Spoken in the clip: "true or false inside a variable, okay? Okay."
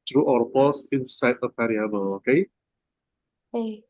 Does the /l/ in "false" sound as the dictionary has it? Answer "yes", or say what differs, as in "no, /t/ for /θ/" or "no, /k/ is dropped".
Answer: no, /l/ is dropped